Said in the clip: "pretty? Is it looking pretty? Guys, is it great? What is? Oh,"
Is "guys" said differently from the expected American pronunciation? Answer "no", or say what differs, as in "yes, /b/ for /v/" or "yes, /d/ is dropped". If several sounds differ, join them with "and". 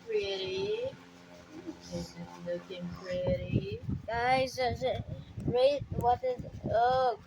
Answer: yes, /z/ is dropped